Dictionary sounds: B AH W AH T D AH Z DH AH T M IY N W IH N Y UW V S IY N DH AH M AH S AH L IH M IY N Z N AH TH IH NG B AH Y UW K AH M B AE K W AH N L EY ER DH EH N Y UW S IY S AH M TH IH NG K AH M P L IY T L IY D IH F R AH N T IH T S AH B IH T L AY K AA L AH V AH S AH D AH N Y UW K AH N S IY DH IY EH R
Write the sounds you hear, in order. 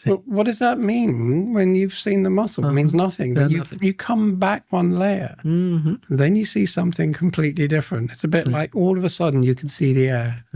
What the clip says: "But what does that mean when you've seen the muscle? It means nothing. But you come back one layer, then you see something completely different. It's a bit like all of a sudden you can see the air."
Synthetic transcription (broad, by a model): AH W AH T D AH Z DH AH T M IY N W IH N Y UW V S IY N DH AH M AH S L M IY N Z N AH TH IH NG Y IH Y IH K AH M B AE K W AH N L EY ER DH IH N Y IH S IY S AH M TH IH NG K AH M P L IY T L IY D IH F R AH N T IH T S AH B IH T L AY K AA L AH V AH S AH D N Y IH K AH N S IY DH IY EH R